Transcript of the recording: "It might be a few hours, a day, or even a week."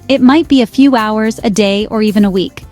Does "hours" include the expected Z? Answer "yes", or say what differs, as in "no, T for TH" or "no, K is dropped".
yes